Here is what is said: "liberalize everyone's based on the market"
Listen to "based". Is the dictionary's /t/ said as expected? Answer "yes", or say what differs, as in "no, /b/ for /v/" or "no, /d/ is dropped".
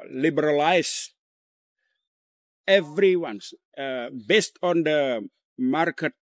yes